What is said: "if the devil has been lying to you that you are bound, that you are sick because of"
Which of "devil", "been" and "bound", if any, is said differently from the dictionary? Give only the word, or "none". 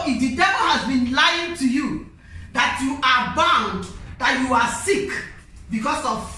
none